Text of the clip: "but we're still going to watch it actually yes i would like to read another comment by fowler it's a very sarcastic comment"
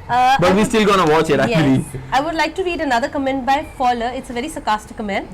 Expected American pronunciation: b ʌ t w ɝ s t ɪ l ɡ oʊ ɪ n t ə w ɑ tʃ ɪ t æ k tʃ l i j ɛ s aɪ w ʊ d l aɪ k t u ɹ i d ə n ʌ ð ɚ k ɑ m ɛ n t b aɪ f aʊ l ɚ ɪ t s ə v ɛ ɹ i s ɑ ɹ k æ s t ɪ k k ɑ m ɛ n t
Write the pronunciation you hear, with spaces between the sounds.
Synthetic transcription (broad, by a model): b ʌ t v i s t ɪ l ɡ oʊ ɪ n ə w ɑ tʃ ɪ t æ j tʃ i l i aɪ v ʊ d l aɪ k t u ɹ i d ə n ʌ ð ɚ k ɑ m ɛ n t b aɪ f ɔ l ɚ ɪ t s ə v ɛ ɹ i s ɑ k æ s t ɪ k k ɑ m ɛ n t